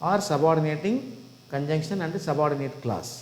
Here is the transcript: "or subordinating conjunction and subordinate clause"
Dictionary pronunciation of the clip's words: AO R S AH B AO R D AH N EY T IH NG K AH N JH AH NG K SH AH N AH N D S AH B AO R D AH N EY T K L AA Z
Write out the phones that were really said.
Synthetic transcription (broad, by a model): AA R S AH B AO R D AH N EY T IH NG K AH N JH AH NG K SH AH N AH N D S AH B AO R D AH N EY T K L AA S